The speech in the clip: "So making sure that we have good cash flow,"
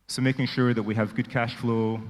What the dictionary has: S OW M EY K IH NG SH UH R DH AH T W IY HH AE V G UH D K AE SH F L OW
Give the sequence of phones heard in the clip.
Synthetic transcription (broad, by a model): S OW M EY K IH NG SH UH R DH AH T W IY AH V G UH D K AE SH F L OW